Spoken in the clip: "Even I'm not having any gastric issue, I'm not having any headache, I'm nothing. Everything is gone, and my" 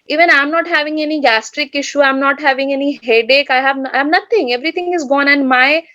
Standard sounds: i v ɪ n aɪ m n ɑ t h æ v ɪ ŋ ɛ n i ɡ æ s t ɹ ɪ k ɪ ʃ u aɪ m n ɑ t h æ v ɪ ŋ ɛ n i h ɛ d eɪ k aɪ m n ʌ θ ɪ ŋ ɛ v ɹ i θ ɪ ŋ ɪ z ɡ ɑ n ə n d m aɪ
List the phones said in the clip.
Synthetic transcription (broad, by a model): i v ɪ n aɪ m n ɑ t h æ v ɪ ŋ ɛ n i ɡ æ s t ɹ ɪ k ɪ ʃ u aɪ m n ɑ t h æ v ɪ ŋ ɛ n i h ɛ d eɪ k aɪ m n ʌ t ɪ ŋ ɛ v ɹ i t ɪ ŋ ɪ z ɡ ɑ n ə n d m aɪ